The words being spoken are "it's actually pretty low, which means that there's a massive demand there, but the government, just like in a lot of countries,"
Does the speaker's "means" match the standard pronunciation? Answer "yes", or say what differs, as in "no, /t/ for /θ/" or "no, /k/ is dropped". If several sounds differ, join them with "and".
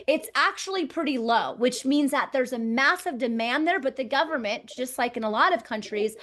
yes